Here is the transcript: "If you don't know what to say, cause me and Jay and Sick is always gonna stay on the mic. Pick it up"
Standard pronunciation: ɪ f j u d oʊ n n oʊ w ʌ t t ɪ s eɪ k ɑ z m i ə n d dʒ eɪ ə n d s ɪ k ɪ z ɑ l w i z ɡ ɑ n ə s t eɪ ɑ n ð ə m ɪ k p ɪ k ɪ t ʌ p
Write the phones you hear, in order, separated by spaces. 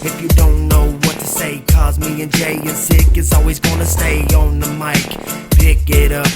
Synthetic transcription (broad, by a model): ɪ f j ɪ d oʊ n n oʊ w ʌ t t ɪ s eɪ k ɑ z m i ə n dʒ eɪ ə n s ɪ k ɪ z ɑ l w i z ɡ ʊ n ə s t eɪ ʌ n ð ə m ɪ k p ɪ k ɪ t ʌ